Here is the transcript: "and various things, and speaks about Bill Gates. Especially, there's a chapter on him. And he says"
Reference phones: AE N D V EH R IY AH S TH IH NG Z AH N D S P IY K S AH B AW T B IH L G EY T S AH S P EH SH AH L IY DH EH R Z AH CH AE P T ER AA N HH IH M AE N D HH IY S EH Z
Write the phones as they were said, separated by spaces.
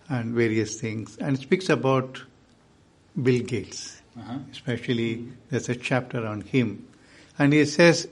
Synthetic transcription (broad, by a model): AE N D V EH R IY AH S T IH NG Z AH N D S P IY K S AH B AW T B IH L G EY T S AH S P EH SH AH L IY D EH R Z AH CH AE P T ER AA N HH IH M AE N D HH IY S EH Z